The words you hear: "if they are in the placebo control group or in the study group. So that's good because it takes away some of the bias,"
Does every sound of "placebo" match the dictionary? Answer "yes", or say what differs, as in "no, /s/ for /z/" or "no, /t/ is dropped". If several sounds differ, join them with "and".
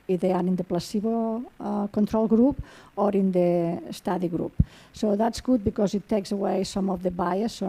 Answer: yes